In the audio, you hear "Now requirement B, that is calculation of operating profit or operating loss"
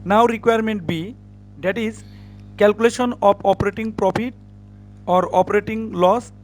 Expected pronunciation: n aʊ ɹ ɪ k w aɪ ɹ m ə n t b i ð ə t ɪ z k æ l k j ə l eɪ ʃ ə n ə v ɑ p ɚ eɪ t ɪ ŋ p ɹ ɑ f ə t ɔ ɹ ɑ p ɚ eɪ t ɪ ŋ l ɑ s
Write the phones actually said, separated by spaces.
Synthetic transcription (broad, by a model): n aʊ ɹ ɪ k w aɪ ɹ m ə n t b i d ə t ɪ z k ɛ l k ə l eɪ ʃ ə n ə p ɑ p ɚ eɪ t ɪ ŋ p ɹ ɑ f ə t ɔ ɹ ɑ p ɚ eɪ t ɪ ŋ l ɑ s